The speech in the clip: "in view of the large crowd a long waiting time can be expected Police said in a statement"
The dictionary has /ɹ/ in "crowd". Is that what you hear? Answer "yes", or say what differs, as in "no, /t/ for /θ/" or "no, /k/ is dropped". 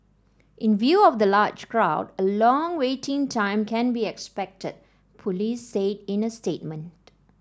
yes